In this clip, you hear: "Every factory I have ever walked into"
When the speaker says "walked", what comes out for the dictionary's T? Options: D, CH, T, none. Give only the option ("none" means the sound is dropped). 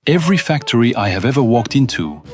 T